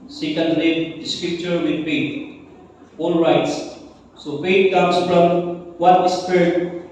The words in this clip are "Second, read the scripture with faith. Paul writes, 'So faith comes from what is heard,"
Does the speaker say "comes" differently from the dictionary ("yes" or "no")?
yes